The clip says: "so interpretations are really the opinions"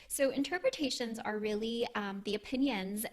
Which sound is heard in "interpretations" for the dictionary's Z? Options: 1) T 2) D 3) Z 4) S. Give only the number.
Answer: 3